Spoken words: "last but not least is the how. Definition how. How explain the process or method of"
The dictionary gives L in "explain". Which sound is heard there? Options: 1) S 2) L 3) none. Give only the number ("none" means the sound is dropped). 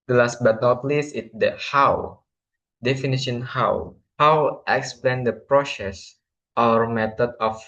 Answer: 2